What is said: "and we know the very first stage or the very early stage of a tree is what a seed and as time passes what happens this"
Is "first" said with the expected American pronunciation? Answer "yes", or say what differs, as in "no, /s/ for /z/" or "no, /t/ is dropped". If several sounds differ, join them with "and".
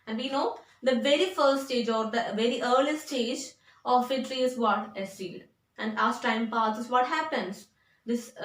no, /s/ is dropped